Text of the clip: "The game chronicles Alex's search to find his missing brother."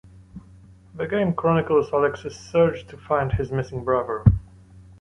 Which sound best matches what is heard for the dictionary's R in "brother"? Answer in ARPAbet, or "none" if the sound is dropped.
R